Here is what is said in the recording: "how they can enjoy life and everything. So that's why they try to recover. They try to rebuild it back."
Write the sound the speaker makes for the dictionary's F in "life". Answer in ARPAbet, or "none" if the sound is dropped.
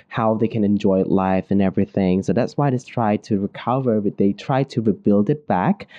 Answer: F